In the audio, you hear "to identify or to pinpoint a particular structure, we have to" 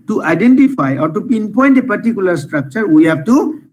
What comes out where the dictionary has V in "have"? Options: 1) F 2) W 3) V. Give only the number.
1